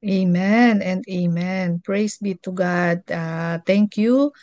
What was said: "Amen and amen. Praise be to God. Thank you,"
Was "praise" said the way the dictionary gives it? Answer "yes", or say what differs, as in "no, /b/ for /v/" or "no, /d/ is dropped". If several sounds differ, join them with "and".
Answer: no, /s/ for /z/